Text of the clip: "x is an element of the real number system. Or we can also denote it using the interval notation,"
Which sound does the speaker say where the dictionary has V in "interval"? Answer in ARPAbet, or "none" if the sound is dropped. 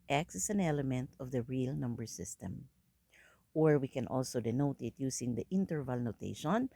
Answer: V